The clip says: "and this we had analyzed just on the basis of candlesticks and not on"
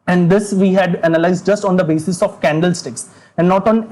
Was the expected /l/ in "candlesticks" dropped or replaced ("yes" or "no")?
no